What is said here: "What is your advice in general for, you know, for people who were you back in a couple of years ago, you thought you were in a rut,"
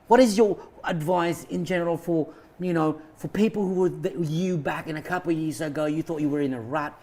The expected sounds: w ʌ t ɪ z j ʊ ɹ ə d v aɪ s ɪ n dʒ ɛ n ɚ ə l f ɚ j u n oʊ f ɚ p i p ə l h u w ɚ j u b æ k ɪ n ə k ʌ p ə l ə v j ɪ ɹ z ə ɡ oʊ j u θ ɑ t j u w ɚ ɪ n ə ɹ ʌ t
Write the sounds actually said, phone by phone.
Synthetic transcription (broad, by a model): w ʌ t ɪ z j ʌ ɹ ə d v aɪ s ɪ n dʒ ɛ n ɚ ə l f ɚ j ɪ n oʊ f ɚ p i p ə l h u w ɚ j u b æ k ɪ n ə k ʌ p l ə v j ɪ ɹ z ə ɡ oʊ j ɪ θ ɑ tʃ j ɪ w ɚ ɪ n ə ɹ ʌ t